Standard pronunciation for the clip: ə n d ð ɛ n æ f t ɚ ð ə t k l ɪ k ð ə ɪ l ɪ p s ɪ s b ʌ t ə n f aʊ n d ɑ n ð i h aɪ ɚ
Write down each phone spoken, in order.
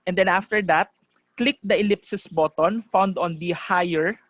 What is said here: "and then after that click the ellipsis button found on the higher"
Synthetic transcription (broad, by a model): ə n d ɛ n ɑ f t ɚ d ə t k l ɪ k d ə ɪ l ɪ p s ɪ s b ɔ t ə n f aʊ n d ɑ n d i h aɪ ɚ